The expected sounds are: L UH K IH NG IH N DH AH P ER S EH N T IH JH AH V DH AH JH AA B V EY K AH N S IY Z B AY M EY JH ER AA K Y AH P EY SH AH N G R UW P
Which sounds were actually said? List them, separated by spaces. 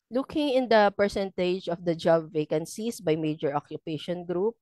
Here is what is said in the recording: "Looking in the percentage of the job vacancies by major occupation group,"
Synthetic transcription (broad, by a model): L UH K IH NG IH N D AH P ER S EH N T IH JH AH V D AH JH AA B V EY K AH N S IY S B AY M EY JH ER AA K Y AH P EY SH AH N G R UW P